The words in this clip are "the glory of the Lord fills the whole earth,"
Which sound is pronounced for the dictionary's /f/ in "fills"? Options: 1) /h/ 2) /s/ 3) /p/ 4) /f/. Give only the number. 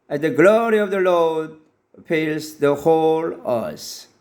3